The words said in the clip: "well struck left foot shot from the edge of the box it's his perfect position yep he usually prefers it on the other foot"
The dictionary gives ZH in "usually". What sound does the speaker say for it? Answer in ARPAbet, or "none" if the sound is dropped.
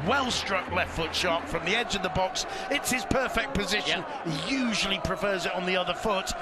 ZH